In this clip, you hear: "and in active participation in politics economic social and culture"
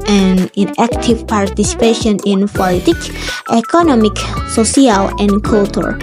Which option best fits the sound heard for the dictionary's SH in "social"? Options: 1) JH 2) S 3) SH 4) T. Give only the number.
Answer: 2